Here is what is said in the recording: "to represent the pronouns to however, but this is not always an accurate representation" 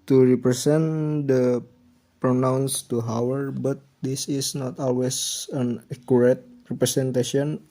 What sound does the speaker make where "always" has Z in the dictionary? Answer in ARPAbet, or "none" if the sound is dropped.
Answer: S